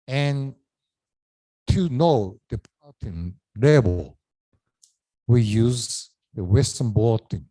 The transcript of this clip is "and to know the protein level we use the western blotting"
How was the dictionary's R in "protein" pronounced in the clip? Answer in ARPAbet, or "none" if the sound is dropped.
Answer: none